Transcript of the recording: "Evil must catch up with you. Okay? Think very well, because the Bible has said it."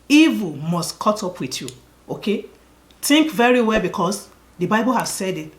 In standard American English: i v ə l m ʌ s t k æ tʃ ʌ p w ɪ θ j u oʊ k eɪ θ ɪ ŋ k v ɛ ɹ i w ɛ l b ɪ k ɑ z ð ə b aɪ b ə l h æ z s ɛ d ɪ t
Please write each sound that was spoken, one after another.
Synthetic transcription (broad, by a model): i v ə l m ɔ s t k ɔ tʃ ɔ p w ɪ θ j u oʊ k eɪ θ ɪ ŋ k v ɛ ɹ i w ɛ l b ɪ k ɑ s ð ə b aɪ b ə l h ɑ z s ɛ d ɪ t